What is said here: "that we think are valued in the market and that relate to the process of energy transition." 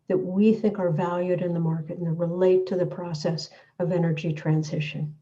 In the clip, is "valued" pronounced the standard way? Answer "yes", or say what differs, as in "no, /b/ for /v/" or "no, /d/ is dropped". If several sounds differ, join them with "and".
yes